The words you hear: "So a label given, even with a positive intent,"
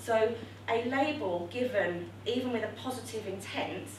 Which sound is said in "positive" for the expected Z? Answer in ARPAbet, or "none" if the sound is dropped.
Z